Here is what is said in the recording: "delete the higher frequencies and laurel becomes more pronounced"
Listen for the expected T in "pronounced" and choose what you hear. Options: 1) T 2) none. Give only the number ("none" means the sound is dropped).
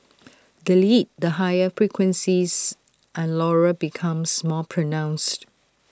1